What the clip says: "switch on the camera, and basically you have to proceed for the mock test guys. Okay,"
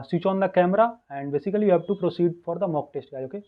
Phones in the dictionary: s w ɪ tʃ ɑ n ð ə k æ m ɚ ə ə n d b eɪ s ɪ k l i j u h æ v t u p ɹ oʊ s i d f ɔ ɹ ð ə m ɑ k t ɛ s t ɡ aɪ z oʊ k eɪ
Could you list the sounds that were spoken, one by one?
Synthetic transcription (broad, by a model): s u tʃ ɑ n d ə k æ m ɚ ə ə n d b eɪ s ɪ k l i j u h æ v t u p ɹ oʊ s i d f ɔ ɹ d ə m ɑ k t ɛ s t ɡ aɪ oʊ k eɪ